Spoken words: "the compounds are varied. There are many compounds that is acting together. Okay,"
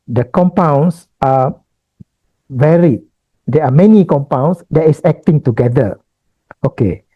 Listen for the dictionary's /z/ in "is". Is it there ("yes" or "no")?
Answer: no